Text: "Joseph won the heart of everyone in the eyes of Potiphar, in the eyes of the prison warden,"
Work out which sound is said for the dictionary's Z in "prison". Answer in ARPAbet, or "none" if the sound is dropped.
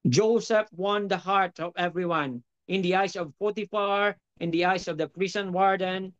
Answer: S